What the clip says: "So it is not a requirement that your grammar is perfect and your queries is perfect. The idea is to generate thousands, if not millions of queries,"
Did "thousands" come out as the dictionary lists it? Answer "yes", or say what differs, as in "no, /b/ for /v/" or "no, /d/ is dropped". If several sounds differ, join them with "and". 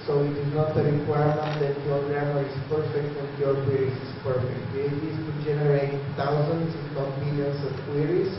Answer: no, /t/ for /θ/ and /s/ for /z/